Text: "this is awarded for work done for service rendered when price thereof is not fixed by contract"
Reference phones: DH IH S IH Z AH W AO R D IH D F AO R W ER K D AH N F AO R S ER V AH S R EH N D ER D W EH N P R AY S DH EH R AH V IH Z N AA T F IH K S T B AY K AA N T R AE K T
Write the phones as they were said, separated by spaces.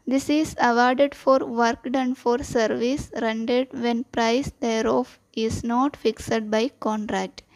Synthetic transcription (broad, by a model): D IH S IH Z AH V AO R D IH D F AO R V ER K D AH N F AO R S ER V AH S R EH N D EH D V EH N P R AY S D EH R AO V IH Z N AA T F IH K S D B AY K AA N T R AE K T